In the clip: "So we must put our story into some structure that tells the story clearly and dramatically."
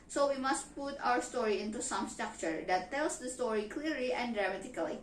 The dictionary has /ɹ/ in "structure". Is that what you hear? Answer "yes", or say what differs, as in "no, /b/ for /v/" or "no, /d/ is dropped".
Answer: yes